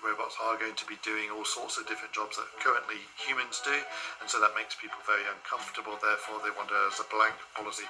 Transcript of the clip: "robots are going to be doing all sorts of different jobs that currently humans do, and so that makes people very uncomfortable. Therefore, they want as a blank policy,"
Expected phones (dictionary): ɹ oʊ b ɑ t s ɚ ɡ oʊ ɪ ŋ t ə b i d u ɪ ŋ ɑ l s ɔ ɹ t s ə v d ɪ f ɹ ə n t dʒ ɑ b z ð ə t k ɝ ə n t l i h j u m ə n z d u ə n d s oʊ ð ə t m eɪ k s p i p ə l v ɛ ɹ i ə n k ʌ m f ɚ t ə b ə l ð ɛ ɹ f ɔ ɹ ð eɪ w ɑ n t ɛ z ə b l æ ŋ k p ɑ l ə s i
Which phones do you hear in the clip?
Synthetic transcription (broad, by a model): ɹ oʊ b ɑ t s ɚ ɡ oʊ ɪ ŋ t ə b i d u ɪ ŋ ɑ l s ɔ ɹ t s ə v d ɪ f ɹ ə n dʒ ɑ b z ð ə t k ɝ ə n t l i h j u m ə n z d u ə n s oʊ ð ə t m eɪ k s p i p ə l v ɛ ɹ i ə n k ʌ m f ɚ t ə b ə l ð ɛ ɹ f ɔ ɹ ð eɪ w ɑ n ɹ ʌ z ə b l æ ŋ k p ɑ l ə s i